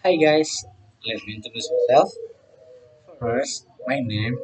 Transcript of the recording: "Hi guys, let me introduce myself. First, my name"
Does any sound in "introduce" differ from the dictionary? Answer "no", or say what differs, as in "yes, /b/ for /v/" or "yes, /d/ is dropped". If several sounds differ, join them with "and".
yes, /ɹ/ is dropped